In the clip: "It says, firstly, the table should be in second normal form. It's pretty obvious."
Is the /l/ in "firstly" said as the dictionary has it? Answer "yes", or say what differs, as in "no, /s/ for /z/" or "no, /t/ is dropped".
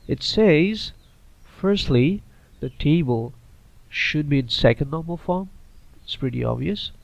yes